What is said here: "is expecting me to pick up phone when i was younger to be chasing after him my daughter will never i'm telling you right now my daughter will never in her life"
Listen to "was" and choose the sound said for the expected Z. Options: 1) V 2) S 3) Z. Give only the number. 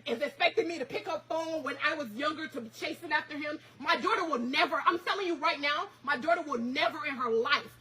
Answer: 3